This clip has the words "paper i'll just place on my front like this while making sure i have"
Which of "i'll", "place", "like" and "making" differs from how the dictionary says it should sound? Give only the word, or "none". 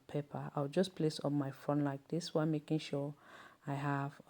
i'll